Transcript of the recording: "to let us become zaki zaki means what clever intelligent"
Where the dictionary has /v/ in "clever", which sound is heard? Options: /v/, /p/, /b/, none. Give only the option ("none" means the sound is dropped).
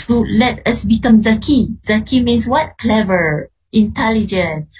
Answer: /v/